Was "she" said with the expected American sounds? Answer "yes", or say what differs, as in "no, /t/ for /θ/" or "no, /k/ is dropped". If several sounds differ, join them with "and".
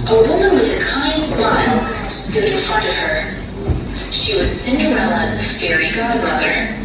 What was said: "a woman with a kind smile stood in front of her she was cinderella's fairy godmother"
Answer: yes